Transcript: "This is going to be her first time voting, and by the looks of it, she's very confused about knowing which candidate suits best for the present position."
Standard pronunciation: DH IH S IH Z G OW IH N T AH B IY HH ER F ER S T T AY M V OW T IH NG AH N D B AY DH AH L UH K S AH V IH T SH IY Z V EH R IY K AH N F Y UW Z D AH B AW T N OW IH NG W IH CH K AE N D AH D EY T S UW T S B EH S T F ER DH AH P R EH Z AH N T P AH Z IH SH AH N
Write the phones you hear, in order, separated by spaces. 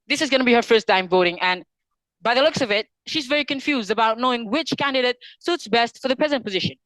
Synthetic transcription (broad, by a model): DH IH S IH Z G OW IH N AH B IY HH ER F ER S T T AY M V OW T IH NG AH N B AY DH AH L UH K S AH V IH T SH IY Z V EH R IY K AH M F Y UW Z D AH B AW T N OW IH NG W IH CH K AE N D AH D EY T S UW T S B EH S T F ER DH AH P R EH Z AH N P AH Z IH SH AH N